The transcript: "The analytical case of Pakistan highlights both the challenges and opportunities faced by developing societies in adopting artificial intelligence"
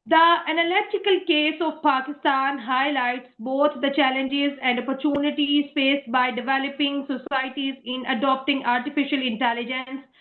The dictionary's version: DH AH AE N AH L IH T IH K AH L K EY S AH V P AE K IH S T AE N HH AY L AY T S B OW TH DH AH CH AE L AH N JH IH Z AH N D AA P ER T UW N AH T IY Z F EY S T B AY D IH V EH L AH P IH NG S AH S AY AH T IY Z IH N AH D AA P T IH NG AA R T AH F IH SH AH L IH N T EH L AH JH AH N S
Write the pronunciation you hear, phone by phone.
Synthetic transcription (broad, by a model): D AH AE N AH L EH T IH K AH L K EY S AH V P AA K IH S T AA N HH AY L AY T S B OW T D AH CH AE L AH N JH IH Z AH N D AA P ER T UW N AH T IY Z F EY S T B AY D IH V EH L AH P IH NG S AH S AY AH T IY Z IH N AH D AA P T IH NG AA R T AH F IH SH AH L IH N T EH L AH JH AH N S